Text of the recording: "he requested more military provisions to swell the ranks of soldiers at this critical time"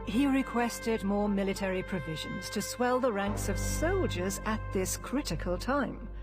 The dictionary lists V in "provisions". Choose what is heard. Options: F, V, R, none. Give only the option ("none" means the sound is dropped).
V